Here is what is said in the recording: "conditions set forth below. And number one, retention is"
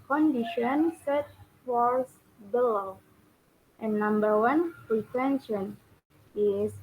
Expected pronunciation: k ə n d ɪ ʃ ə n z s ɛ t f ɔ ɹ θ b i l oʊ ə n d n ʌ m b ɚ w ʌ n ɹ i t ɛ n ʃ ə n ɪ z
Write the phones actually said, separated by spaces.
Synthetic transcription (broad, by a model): k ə n d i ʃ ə n s ɛ t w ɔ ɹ s b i l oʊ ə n n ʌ m b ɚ w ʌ n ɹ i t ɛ n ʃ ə n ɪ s